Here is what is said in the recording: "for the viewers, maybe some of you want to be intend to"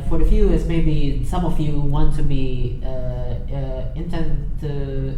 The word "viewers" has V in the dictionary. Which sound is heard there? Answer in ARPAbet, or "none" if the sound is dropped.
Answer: F